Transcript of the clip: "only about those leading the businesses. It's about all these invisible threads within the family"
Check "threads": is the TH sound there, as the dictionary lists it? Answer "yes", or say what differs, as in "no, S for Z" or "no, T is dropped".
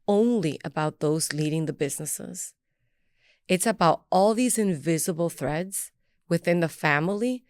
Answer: yes